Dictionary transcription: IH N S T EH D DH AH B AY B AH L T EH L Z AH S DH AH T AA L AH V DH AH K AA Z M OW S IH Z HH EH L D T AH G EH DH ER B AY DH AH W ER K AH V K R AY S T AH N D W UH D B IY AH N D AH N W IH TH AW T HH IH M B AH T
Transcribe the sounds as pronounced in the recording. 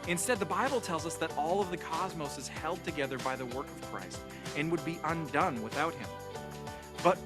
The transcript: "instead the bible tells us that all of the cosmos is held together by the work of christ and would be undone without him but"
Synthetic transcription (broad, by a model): IH N S T EH D DH AH B AY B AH L T EH L Z AH S DH AH T AA L AH V DH AH K AA Z M OW S IH Z HH EH L D T AH G EH DH ER B AY DH AH W ER K AH V K R AY S T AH N W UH D B IY AH N D AH N W IH TH AW T HH IH M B AH T